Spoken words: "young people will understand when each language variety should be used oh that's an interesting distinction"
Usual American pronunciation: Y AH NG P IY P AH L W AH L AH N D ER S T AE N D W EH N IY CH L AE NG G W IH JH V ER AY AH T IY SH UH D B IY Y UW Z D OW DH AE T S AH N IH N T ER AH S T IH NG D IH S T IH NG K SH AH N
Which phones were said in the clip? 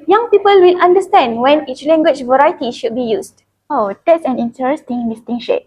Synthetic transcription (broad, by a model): Y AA NG P IY P AH L W AH L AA N D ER S T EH N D W EH N IY CH L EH NG G W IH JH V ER AY T IY SH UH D B IY Y UW S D OW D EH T S AH N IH N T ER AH S T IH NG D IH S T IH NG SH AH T